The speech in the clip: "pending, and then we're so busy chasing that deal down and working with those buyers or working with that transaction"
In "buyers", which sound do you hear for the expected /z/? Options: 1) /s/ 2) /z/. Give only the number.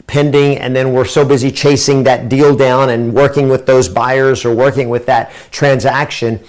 2